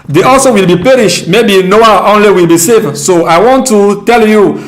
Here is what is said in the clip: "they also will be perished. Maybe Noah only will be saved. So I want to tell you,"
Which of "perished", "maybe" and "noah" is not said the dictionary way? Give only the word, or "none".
none